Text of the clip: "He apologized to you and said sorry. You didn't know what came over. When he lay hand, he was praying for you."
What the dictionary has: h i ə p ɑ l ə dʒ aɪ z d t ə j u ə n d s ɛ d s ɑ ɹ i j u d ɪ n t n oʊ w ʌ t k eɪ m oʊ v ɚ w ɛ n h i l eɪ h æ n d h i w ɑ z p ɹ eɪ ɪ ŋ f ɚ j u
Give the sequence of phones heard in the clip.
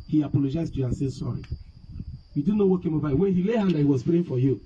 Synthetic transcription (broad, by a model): h i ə p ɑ l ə dʒ aɪ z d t j u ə n s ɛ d s ɑ ɹ i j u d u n n oʊ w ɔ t k eɪ m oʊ b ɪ w ɛ n h i l eɪ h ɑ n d h i w ɑ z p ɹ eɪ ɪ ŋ f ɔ j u